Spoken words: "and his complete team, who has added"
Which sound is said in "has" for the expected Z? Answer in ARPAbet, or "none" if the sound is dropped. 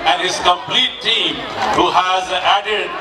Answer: Z